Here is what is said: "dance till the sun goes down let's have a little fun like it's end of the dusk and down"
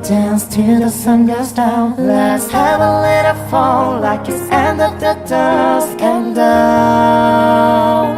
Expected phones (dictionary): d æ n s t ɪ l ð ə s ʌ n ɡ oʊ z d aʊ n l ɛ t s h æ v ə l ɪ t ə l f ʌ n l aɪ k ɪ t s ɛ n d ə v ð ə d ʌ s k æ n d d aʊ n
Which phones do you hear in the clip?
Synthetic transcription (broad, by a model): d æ n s t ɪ ð ə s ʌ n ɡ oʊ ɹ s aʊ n l ɛ t s h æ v ə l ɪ t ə f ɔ l l aɪ k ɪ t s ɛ n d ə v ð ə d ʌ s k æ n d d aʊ